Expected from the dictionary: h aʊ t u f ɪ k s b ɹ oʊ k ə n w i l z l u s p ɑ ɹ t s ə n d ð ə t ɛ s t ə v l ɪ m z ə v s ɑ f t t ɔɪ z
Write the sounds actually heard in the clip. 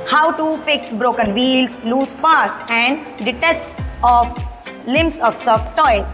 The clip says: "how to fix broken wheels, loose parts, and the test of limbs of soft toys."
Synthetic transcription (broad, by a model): h aʊ t u p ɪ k b ɹ oʊ k ə n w i l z l u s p ɑ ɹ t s ə n d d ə t ɛ s t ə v l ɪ m s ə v s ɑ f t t ɔɪ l